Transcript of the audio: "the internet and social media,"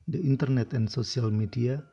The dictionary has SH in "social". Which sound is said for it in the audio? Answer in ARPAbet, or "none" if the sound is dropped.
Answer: S